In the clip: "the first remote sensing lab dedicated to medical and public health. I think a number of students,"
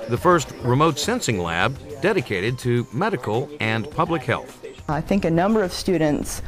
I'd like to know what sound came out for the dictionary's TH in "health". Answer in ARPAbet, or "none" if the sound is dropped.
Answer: TH